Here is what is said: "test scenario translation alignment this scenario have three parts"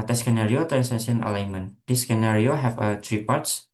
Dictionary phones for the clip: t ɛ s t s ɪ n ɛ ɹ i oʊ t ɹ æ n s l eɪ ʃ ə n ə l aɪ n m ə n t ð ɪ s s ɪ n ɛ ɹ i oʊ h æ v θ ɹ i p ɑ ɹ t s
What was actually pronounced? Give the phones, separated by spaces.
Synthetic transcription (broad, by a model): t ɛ s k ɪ n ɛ ɹ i oʊ t ɹ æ n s eɪ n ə n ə l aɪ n m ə n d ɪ s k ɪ n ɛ ɹ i oʊ h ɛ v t ɹ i p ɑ ɹ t s